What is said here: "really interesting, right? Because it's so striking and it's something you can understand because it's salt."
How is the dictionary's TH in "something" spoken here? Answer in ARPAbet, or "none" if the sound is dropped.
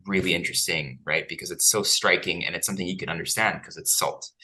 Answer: TH